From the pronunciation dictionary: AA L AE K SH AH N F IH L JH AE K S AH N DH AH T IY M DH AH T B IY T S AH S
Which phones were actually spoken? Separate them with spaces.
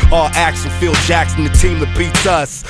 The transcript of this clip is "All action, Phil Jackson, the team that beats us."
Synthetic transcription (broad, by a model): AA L AE K S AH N F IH L JH AE K S AH N DH AH T IY M DH AH T B IY T S AH S